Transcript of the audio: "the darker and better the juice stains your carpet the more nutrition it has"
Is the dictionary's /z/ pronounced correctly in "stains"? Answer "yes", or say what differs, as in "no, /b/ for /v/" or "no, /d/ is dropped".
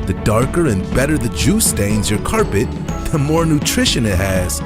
yes